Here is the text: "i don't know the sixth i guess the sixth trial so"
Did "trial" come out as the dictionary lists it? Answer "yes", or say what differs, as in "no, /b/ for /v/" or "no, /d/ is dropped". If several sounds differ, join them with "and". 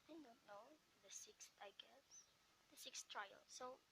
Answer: yes